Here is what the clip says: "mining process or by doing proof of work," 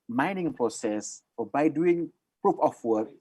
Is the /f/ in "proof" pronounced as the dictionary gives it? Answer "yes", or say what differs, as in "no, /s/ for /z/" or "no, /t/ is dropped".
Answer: no, /p/ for /f/